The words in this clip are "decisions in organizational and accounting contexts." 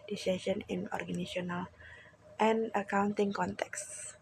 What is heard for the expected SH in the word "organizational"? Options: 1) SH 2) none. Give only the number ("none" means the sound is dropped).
2